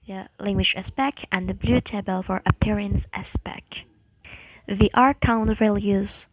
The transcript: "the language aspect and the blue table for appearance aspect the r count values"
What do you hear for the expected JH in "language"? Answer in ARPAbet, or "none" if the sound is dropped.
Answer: SH